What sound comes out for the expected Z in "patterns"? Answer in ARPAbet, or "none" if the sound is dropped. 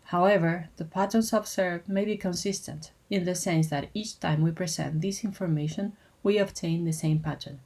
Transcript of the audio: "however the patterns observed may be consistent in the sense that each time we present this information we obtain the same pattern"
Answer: S